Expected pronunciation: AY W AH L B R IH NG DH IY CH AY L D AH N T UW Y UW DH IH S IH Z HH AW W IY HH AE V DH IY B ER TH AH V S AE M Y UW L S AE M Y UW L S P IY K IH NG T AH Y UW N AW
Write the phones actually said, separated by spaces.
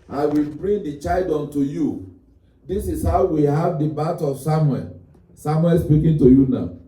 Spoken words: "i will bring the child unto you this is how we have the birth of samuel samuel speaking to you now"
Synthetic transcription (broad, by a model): AY W AH L B R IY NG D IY CH AY L D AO N T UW Y UW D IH S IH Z HH AW W IY HH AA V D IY B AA T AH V S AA M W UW L S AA M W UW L S P IY K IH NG T AH Y UW N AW